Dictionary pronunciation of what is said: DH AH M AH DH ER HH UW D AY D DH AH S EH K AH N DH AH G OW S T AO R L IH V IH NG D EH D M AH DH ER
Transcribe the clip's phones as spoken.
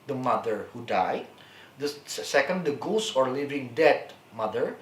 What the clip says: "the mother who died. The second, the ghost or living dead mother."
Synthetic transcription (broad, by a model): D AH M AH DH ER HH UW D AY D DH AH S EH K AH N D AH G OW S AO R L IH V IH NG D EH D M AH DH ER